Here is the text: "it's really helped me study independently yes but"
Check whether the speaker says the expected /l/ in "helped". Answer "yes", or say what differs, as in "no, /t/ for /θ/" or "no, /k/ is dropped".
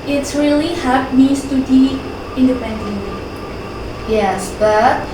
no, /l/ is dropped